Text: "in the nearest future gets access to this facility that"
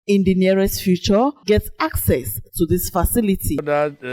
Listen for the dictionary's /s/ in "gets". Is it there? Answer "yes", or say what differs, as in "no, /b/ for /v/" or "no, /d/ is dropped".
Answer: yes